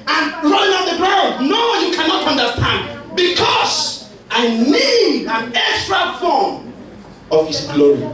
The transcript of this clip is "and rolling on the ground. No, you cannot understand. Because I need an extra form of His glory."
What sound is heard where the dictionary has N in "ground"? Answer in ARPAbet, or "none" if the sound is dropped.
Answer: none